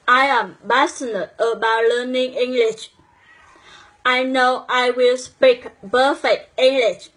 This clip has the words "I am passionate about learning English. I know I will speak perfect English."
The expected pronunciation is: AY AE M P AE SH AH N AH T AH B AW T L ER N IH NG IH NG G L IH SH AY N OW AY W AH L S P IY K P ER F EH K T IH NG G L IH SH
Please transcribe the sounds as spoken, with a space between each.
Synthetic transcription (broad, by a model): AY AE M B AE S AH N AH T AH B AW T L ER N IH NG IH NG G L IH SH AY N OW AY W AH L S P IY K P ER F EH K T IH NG G L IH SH